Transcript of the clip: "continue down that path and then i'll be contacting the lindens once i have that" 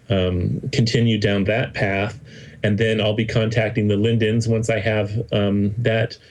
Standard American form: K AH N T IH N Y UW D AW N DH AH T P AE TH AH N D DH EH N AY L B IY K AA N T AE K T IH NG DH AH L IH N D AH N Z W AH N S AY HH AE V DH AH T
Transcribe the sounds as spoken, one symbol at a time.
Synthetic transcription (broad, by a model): K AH N T IH N Y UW D AW N DH AH T P AE TH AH N DH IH N AY L B IY K AA N T AE K T IH NG DH AH L IH N D AH N Z W AH N S AY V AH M DH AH T